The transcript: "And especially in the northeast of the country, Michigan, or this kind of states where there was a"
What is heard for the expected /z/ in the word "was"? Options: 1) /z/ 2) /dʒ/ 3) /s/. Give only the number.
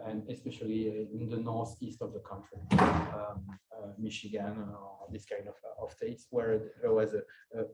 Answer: 1